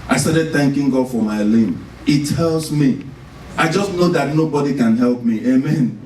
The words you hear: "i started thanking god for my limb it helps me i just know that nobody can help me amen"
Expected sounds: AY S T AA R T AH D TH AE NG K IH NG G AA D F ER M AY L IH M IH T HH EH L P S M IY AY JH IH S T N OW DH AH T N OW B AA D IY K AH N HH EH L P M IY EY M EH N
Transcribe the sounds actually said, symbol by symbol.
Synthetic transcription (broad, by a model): AY S T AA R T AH D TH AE NG K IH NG G AA D F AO M AY L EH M IH T HH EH L S M IY AY JH IH S T N OW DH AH T N OW B AA D IY K AH N HH EH L P M IY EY M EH N